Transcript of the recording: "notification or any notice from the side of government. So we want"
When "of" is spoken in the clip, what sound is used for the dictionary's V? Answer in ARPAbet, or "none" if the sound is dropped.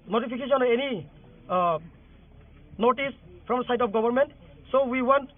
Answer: P